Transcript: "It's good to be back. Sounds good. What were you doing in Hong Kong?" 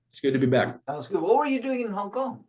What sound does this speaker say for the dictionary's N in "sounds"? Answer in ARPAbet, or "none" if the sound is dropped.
none